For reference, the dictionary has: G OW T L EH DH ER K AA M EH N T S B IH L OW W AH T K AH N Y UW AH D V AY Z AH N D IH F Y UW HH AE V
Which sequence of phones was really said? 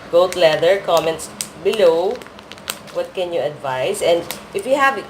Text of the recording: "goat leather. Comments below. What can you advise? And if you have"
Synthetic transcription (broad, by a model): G OW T L EH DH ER K AA M EH N T S B IH L OW W AH T K AH N Y UW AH D V AY S AH N D IH F Y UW HH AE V